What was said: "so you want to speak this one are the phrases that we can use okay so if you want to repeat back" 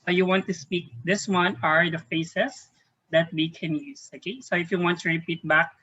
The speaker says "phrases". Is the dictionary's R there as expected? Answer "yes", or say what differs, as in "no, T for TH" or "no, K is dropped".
no, R is dropped